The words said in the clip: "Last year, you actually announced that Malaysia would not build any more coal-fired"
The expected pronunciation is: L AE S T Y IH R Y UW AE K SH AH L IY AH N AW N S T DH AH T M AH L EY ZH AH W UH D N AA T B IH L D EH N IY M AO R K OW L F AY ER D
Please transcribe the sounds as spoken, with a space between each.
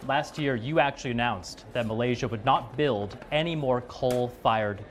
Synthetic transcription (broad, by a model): L AE S T Y IH R Y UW AE K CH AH L IY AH N AW N S DH AH T M AH L EY ZH AH W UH D N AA T B IH L D EH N IY M AO R K OW L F AY ER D